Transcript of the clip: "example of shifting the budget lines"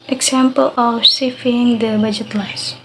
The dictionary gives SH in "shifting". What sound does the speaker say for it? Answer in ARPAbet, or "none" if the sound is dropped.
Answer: S